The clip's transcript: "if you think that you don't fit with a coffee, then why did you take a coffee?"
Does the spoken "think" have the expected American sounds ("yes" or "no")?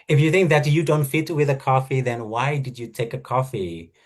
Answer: yes